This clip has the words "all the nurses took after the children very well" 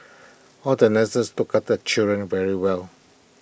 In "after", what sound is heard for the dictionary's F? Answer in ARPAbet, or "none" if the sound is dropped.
none